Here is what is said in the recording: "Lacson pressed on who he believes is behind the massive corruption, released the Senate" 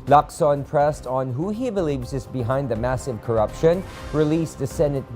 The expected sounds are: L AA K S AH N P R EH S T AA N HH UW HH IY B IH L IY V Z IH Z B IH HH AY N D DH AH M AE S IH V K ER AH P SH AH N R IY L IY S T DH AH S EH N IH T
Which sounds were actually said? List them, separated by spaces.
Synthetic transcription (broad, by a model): L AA K S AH N P R EH S T N HH UW HH IY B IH L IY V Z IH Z B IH HH AY N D DH AH M AE S IH V K ER AH P SH AH N R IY L IY S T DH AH S EH N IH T